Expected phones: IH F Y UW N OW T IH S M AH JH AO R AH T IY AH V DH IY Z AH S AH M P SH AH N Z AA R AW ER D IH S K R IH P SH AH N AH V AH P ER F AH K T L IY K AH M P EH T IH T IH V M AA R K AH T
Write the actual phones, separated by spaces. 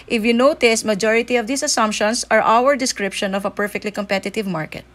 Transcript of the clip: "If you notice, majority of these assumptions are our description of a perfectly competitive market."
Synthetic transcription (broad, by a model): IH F Y UW N OW T IH S M AH JH AO R AH T IY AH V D IY S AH S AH M P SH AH N S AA R AW ER D IH S K R IH P SH AH N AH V AH P ER F AH K T L IY K AH M P EH T IH T IH V M AA R K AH T